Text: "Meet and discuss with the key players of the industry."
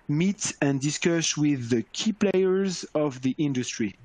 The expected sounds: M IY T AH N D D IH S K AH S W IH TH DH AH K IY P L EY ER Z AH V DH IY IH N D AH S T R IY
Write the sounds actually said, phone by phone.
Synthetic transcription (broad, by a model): M IY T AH N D D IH S K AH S W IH DH AH K IY P L EY ER Z AH V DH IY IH N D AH S T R IY